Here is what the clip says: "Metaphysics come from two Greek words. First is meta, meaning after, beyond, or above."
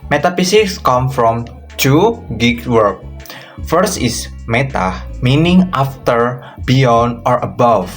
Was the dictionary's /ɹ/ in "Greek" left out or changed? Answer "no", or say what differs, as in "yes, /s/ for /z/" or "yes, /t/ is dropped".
yes, /ɹ/ is dropped